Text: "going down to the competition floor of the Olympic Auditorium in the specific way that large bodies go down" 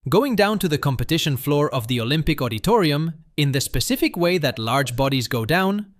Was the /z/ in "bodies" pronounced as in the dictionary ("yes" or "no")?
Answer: yes